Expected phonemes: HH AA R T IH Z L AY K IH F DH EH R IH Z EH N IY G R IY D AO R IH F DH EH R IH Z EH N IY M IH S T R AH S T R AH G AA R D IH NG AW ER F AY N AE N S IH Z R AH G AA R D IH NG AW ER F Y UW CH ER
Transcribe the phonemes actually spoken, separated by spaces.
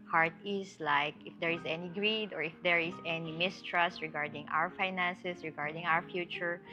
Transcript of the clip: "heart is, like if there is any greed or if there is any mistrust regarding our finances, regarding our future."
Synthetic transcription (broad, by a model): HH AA R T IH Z L AY K IH F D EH R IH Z EH N IY G R IY D AO R IH F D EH R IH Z EH N IY M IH S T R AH S T R AH G AA R D IH NG AW ER F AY N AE N S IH S R AH G AA R D IH NG AW ER F Y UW CH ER